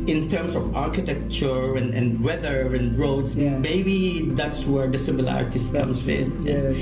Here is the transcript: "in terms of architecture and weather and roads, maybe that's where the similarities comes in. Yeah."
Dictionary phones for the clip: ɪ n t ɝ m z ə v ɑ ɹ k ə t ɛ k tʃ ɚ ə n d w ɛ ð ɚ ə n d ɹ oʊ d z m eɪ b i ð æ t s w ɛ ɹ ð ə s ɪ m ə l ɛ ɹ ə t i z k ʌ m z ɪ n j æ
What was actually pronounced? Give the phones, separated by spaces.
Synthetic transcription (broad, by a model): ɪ n t ɝ m s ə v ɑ ɹ k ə t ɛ k tʃ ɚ ə n d w ɛ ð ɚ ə n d ɹ oʊ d s m eɪ b i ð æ t s w ɛ ɹ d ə s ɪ m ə l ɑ ɹ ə t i s k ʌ m s ɪ n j